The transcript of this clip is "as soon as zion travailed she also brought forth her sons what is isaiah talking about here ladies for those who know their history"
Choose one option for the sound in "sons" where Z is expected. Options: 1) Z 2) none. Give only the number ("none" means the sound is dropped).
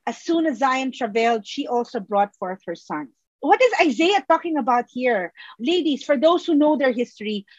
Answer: 2